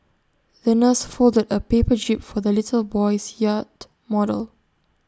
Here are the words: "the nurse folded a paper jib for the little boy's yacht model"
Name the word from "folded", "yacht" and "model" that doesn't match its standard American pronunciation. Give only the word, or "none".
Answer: none